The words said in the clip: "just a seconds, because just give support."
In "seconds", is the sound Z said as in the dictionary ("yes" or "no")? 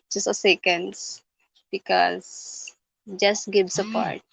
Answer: no